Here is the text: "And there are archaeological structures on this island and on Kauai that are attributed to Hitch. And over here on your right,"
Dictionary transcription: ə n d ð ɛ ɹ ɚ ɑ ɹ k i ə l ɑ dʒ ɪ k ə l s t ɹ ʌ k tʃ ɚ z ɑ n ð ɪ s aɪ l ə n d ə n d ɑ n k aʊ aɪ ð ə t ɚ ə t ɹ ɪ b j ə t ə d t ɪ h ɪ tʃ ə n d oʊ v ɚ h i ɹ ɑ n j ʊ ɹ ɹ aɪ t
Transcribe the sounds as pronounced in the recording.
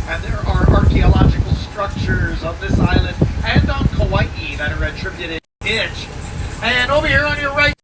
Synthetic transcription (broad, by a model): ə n ð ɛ ɹ ɚ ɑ ɹ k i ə l ɑ dʒ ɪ k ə l s t ɹ ʌ k tʃ ɚ z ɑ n ð ɪ s aɪ l ə n d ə n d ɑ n k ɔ aɪ ð ə t ɚ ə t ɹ ɪ b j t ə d t ɪ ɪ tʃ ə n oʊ b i h i ɹ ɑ n j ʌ ɹ ɹ aɪ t